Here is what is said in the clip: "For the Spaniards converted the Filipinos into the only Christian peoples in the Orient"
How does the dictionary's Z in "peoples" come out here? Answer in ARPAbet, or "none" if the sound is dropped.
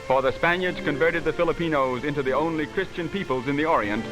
Z